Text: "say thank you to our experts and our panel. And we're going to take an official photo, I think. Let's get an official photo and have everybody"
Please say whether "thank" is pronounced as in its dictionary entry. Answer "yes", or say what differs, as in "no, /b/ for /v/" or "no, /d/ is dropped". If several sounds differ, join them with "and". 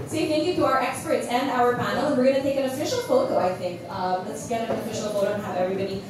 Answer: no, /f/ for /θ/